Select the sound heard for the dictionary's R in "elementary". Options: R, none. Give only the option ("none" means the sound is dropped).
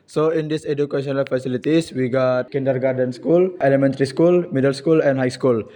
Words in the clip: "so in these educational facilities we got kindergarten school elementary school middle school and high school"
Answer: R